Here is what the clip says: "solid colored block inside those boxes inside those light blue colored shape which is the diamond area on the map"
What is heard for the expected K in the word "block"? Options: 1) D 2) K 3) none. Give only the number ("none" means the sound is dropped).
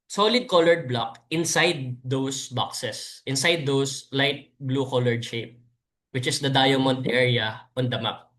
2